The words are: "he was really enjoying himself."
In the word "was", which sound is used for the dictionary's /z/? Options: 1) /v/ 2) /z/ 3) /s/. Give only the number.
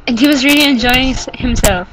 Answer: 2